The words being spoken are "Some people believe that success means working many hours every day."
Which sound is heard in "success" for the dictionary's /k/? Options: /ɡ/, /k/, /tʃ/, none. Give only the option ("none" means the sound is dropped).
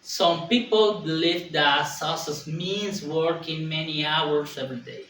none